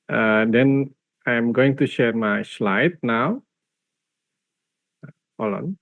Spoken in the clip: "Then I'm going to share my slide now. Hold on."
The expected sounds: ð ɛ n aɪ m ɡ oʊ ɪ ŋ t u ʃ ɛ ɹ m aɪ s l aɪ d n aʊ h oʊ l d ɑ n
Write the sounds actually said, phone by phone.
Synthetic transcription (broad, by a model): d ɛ n aɪ m ɡ oʊ ɪ ŋ t u ʃ ɛ ɹ m aɪ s l aɪ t n aʊ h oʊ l ɑ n